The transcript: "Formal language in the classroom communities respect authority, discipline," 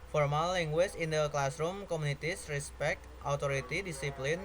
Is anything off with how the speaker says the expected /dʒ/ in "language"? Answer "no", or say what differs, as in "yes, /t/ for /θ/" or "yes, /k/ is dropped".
yes, /tʃ/ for /dʒ/